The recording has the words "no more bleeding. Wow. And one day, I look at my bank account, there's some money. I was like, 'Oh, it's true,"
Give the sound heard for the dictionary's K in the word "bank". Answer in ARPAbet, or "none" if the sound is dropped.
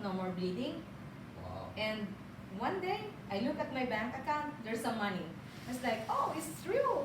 K